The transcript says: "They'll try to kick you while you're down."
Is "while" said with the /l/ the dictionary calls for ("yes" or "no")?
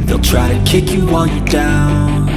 no